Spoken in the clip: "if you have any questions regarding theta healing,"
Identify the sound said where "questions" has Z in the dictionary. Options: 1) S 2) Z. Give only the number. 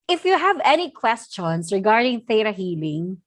1